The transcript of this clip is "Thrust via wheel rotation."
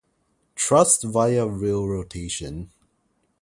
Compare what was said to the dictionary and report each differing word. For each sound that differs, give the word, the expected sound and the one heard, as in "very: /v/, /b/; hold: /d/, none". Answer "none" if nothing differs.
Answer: thrust: /θ/, /t/